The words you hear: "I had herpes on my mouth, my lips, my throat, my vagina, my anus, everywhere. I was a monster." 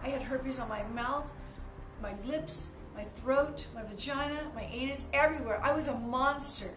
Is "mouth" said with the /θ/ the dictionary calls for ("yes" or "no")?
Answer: yes